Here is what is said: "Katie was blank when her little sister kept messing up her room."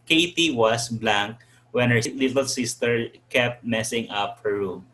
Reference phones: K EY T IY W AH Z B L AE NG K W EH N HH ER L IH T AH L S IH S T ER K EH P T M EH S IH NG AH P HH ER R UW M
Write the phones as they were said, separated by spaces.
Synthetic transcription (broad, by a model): K EY T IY W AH S B L AE NG K W EH N HH ER L IH T AH L S IH S T ER K EH P T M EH S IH NG AH P HH ER R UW M